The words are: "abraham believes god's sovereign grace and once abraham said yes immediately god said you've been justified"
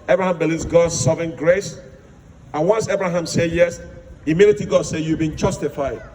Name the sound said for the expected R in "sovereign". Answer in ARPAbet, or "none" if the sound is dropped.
none